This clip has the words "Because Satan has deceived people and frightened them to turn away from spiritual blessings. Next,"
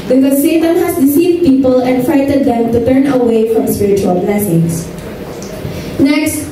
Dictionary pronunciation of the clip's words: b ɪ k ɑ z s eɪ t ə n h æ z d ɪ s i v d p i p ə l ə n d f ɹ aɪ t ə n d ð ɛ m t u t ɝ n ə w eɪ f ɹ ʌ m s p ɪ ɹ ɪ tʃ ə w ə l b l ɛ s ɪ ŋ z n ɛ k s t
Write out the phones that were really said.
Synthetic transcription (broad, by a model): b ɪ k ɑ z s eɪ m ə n h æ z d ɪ s i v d p i p ə l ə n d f ɹ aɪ t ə d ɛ m t u t ɝ n ə w eɪ f ɹ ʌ m s p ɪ ɹ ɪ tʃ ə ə l b l ɛ s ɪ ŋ s n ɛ k s t